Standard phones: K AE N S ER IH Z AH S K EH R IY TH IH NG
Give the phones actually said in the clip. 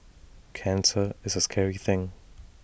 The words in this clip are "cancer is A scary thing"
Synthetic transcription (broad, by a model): K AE N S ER IH Z AH S K EH R IY TH IH NG